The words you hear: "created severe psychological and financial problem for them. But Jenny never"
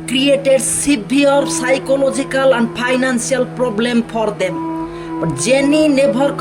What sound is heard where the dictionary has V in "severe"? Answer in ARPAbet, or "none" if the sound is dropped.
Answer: B